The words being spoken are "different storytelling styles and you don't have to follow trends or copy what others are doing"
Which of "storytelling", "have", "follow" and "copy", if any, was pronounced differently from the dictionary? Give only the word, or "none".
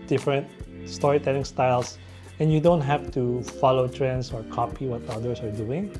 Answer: have